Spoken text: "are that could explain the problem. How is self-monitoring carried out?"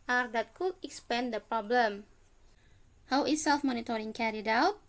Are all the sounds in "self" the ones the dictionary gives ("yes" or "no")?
yes